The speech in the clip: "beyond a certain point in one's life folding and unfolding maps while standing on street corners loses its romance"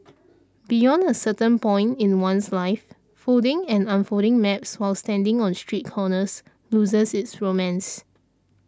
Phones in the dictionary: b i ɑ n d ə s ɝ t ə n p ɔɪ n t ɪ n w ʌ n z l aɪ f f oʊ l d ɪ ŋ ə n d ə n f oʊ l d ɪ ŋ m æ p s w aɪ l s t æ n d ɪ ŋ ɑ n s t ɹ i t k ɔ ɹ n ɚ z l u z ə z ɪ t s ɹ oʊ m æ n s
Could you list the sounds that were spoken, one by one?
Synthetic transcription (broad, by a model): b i ɑ n d ə s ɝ t ə n p ɔɪ n t ɪ n w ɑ n s l aɪ f f oʊ d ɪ ŋ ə n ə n f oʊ d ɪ ŋ m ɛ p s w aɪ l s t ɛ n d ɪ ŋ ɑ n s t ɹ i t k ɔ n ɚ s l u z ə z ɪ t s ɹ oʊ m æ n s